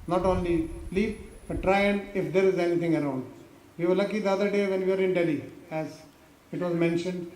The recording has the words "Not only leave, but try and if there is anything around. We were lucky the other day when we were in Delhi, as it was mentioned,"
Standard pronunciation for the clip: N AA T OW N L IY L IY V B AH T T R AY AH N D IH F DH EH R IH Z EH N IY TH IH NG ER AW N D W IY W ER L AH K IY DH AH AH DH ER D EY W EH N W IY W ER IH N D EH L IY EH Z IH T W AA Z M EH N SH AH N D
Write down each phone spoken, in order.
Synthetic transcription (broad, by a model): N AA T OW N L IY L IY P B AH T T R AY AH N D IH F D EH R IH Z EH N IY T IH NG ER AW N D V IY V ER L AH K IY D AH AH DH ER D EY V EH N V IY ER IH N D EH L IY EH Z IH T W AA Z M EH N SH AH N D